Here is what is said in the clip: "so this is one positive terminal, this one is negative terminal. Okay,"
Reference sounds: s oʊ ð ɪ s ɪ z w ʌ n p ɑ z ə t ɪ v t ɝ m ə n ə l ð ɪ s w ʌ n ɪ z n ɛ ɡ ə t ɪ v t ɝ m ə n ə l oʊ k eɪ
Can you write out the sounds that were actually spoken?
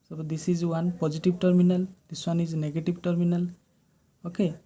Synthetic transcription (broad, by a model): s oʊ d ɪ s ɪ z w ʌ n p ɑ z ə t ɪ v t ɝ m ə n ə l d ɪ s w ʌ n ɪ z n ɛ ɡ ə t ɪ b t ɝ m ə n ə l oʊ k eɪ